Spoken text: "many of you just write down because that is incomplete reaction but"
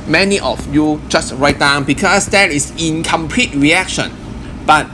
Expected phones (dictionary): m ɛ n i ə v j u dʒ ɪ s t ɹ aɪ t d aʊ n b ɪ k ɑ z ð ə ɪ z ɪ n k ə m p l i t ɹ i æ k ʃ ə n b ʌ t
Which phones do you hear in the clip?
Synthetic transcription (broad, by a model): m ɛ n i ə f j u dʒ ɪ s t ɹ aɪ t d aʊ n b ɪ k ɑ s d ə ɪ s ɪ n k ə m p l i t ɹ i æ k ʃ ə n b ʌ t